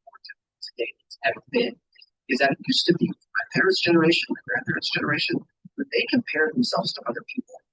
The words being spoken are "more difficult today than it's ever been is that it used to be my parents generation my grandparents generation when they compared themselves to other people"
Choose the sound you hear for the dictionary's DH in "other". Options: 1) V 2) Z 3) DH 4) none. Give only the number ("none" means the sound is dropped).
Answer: 3